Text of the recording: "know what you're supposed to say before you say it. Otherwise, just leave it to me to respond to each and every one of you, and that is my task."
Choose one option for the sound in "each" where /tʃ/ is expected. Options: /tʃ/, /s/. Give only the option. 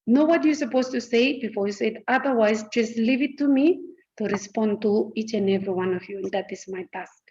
/tʃ/